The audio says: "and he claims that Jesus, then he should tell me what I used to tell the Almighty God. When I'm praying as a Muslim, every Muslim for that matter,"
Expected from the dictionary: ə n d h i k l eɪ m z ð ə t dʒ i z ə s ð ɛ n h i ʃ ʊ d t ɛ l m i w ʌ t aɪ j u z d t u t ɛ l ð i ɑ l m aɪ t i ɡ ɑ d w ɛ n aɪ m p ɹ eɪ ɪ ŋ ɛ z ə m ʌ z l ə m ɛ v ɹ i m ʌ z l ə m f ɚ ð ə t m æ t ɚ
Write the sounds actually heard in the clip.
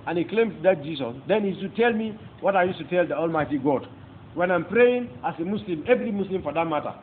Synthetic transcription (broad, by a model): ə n h i k l eɪ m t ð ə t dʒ i s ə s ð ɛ n h i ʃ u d t ɛ l m i w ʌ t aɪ j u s t u t ɛ l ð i ɑ l m aɪ t i ɡ ɑ d w ɛ n aɪ m p ɹ eɪ ɪ ŋ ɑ s ə m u s l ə m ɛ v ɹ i m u s l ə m f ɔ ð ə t m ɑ t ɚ